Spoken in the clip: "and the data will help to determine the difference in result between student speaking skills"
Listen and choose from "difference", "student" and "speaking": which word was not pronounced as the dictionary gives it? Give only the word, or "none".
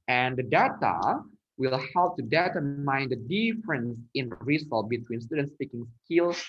none